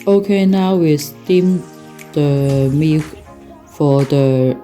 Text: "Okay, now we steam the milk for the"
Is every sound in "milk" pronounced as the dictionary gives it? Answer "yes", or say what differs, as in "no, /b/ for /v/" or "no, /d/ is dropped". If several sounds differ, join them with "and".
no, /l/ is dropped